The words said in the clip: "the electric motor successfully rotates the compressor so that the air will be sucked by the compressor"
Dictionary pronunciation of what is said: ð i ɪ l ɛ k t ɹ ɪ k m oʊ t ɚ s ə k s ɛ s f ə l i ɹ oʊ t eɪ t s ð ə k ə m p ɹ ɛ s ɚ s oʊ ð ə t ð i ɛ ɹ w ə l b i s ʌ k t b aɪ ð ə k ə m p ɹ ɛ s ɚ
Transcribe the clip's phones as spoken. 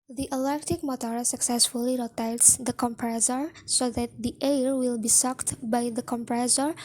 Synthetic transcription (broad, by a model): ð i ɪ l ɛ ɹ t ɪ k m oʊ t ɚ s ə k s ɛ s f ə l i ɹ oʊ t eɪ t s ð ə k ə m p ɹ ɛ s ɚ s oʊ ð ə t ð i ɛ ɹ w ə l b i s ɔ k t b aɪ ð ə k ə m p ɹ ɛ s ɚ